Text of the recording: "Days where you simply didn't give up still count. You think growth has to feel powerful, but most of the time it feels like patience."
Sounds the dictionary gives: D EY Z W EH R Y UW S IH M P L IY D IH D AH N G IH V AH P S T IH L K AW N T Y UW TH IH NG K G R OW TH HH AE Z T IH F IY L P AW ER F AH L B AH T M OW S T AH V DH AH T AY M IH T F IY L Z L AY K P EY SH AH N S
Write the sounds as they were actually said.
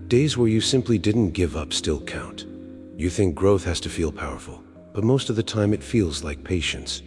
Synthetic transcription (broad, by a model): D EY Z W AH R Y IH S IH M P L IY D IH D N G IH V AH P S T IH L K AW N T Y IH TH IH NG K G R OW TH HH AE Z T IH F IY L P AW ER F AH L B AH T M OW S T AH V DH AH T AY M IH T F IY L Z L AY K P EY SH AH N S